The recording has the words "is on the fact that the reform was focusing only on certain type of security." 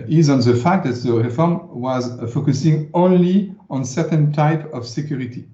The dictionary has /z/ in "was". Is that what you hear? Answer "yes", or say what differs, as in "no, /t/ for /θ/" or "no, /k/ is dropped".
yes